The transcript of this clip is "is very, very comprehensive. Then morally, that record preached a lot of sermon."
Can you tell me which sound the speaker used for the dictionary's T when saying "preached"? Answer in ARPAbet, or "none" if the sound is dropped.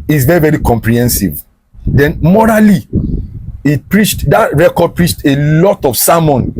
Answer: T